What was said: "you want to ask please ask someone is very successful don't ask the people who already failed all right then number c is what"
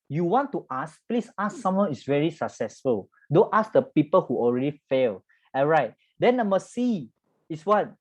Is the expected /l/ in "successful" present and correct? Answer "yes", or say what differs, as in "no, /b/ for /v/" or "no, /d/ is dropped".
yes